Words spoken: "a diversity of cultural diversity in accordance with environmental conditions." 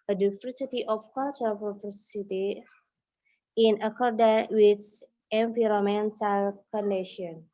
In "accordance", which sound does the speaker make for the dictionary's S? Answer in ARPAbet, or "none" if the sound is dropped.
none